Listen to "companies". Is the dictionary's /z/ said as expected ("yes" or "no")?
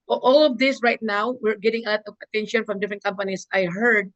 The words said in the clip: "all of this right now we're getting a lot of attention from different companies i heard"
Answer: no